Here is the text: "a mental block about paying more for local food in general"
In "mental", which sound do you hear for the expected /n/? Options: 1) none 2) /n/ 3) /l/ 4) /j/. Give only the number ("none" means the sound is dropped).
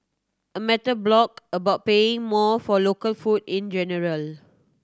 1